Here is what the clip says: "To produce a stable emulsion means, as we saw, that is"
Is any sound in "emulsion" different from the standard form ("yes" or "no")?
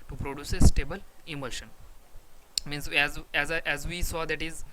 no